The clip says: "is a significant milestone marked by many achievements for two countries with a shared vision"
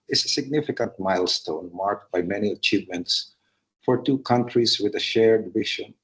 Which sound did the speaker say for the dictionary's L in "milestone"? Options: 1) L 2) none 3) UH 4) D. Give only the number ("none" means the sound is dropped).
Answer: 1